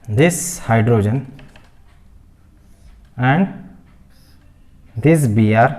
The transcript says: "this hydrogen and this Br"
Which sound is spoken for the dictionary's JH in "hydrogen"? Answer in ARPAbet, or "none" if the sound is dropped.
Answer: JH